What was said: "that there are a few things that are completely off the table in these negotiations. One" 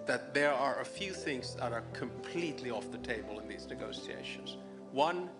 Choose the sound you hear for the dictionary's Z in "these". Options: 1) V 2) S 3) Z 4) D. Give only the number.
3